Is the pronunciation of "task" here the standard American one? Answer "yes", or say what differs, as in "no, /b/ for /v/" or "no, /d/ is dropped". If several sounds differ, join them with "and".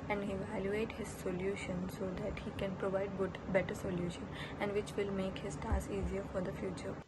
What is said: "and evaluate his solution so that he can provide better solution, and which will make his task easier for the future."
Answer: no, /k/ is dropped